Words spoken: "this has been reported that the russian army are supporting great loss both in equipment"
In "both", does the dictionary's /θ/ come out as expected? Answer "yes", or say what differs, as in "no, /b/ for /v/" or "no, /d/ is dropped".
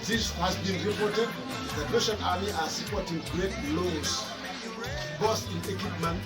no, /s/ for /θ/